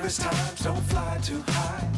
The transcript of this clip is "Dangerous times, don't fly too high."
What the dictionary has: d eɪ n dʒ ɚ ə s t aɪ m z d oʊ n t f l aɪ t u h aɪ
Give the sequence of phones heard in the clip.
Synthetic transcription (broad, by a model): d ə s t aɪ m z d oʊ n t f l aɪ t u h aɪ